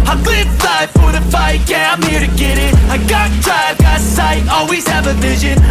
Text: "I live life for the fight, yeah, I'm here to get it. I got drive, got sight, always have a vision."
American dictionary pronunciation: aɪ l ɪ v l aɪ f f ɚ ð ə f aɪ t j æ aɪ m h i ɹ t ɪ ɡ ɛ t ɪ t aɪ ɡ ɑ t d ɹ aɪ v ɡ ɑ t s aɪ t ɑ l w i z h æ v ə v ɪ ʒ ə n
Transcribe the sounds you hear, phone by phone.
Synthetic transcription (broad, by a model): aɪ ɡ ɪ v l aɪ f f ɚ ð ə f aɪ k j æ aɪ m h i ɹ t ɪ ɡ ɛ t ɪ t aɪ ɡ ɑ t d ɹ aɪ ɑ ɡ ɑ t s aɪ ɑ l w i z h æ v ə v ɪ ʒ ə n